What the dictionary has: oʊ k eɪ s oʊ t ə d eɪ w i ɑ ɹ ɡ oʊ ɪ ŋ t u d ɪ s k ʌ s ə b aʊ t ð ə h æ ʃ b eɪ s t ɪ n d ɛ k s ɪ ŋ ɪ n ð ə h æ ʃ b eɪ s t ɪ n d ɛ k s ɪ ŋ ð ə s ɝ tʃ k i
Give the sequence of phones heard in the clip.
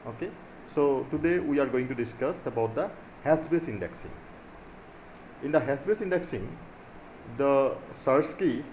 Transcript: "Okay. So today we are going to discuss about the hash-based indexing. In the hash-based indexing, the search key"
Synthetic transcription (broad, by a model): oʊ k eɪ s oʊ t ə d eɪ w i ɑ ɹ ɡ oʊ ɪ ŋ t u d ɪ s k ʌ s ə b aʊ t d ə h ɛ s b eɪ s ɪ n d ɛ k s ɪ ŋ ɪ n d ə h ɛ s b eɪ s ɪ n d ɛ k s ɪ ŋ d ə s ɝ s k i